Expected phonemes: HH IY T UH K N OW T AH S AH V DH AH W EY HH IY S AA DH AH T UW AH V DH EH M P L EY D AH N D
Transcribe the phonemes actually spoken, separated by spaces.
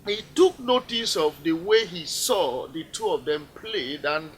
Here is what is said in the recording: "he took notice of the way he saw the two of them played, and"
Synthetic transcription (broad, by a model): HH IY T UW K N OW T AH S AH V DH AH W EY HH IY S AA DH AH T UW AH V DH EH M P L EY D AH N